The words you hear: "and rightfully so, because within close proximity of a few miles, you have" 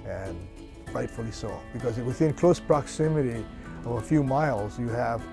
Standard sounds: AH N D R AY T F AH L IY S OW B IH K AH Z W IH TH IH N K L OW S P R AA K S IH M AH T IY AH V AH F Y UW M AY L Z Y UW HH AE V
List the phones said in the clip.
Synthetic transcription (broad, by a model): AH N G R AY T F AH L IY S OW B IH K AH Z W IH TH IH N K L OW S P R AA K S IH M AH T IY AH V AH F Y UW M AY L Z Y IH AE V